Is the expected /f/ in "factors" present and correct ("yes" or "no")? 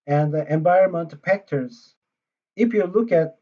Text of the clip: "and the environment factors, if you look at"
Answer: no